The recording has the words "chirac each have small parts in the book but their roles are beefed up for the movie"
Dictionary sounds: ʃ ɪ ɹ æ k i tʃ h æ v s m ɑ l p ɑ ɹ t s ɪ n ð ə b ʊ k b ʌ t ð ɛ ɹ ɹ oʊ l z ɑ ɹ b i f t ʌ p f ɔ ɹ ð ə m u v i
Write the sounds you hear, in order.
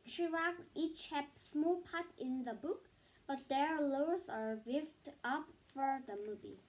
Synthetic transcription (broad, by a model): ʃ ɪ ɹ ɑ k i tʃ h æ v s m ɑ l p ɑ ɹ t ɪ n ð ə b ʊ k b ʌ t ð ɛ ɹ l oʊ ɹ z ɑ ɹ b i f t ʌ p f ɔ ɹ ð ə m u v i